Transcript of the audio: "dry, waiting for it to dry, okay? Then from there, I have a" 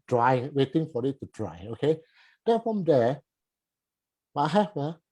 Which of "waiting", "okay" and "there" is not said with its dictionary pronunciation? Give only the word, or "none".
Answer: there